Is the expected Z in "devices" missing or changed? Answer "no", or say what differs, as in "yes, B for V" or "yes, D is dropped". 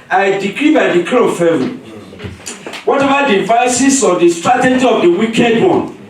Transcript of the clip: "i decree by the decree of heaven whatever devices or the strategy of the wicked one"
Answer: yes, S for Z